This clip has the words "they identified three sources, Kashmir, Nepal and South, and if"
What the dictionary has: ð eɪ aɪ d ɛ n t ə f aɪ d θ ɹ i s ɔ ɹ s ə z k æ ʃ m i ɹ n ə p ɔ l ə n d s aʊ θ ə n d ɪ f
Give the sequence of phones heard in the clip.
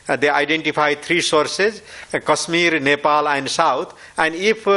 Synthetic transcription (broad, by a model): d eɪ aɪ d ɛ n t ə p aɪ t ɹ i s ɔ ɹ s ə z k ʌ s m i ɹ n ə p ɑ l ə n d s aʊ t ə n d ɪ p